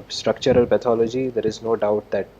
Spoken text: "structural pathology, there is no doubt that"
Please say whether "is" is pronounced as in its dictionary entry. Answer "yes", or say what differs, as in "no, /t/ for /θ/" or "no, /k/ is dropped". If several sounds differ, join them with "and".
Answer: yes